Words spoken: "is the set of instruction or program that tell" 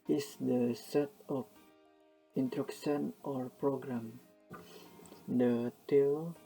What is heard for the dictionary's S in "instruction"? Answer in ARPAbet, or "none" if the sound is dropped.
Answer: none